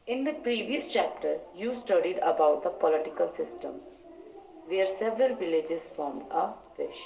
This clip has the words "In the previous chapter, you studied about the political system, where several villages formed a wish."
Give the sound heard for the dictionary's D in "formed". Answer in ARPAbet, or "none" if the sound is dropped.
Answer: D